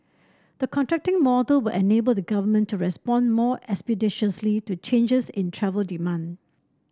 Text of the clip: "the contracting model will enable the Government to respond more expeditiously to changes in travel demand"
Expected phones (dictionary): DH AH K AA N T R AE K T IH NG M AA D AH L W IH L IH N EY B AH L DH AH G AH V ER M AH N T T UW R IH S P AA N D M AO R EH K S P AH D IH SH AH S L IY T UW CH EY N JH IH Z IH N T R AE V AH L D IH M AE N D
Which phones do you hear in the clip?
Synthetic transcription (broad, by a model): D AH K AA N T R AE K T IH NG M AA D AH L W IH L IH N EY B AH L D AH G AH V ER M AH N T T UW R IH S P AA N M AO EH K S P AH D IH SH AH S L IY T UW CH EY N JH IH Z IH N T R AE V AH L D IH M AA N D